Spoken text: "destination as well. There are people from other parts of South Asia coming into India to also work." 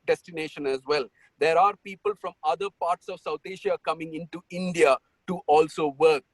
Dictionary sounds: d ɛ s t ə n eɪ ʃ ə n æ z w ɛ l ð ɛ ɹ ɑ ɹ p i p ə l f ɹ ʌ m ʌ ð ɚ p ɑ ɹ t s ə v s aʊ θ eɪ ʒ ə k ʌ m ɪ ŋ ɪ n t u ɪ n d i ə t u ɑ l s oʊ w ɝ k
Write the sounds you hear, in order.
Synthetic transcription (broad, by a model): d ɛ s t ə n eɪ ʃ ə n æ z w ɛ l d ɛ ɹ ɑ ɹ p i p ə l f ɹ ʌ m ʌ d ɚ p ɑ ɹ t s ə v s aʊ t eɪ ʃ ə k ʌ m ɪ ŋ ɪ n t u ɪ n d i ə t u ɑ l s oʊ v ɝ k